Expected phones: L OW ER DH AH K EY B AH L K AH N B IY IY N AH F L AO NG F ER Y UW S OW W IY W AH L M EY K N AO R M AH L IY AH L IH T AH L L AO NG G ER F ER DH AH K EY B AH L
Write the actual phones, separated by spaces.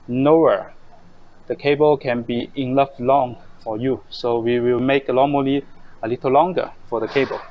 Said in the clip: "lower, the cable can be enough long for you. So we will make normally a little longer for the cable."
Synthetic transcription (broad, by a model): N OW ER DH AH K EY B AH L K AH N B IY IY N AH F L AO NG F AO Y UW S OW W IY W AH L M EY K L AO M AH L IY AH L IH T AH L L AO NG G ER F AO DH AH K EY B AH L